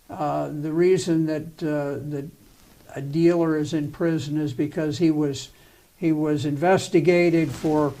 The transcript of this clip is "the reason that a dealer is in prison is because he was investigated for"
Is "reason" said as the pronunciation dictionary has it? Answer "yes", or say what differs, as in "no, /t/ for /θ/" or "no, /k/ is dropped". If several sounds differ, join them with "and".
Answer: yes